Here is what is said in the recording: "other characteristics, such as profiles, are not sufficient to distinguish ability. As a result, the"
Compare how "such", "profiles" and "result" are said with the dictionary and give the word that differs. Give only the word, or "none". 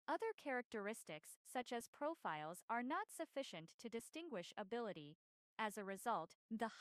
none